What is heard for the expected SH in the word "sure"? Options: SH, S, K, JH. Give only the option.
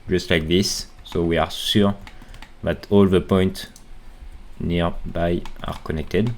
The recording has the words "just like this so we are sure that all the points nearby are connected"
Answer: S